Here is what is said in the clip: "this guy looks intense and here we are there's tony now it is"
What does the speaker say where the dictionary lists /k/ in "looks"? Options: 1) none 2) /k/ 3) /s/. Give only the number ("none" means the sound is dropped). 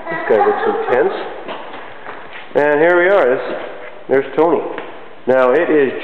1